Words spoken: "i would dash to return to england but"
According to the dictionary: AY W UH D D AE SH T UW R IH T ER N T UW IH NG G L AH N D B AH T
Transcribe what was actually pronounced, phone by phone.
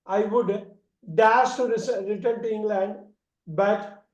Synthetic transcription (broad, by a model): AY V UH D D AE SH T UW R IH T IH N T UW IH NG G L AH N D B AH T